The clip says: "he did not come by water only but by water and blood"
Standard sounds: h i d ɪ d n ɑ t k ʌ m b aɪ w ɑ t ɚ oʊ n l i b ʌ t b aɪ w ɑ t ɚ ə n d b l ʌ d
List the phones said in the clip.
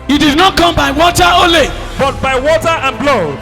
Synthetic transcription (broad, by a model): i d ɪ d n ɑ t k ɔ m b aɪ w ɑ t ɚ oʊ l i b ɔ t b aɪ w ɑ t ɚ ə n b l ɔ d